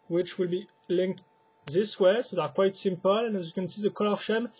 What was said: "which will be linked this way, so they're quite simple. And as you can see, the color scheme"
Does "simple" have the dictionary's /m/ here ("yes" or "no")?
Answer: yes